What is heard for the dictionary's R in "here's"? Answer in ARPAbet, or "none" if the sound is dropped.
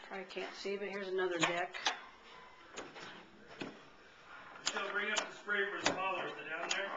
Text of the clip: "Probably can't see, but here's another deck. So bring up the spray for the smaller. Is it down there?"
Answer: R